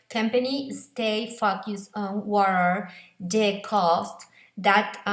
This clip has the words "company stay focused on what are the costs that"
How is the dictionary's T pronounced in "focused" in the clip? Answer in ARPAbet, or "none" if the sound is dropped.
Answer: none